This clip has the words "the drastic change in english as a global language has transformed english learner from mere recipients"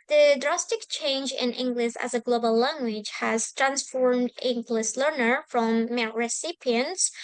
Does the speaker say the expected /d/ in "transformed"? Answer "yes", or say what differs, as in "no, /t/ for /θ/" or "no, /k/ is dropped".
yes